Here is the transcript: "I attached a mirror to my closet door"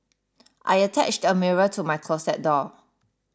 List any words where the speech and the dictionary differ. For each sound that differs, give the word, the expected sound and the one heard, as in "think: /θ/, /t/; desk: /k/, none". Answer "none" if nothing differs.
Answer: closet: /z/, /s/